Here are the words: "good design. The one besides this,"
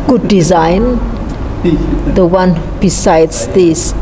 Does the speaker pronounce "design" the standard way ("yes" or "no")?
yes